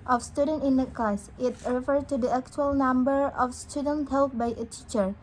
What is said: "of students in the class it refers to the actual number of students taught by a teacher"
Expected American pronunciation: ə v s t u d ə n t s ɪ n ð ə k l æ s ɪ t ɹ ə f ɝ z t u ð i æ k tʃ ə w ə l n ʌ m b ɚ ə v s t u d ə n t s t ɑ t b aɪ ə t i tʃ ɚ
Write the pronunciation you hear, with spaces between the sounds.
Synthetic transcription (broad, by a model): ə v s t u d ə n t ɪ n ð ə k ɑ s ɪ t ɹ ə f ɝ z t u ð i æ k tʃ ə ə l n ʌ m b ɚ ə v s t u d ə n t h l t b aɪ ə t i tʃ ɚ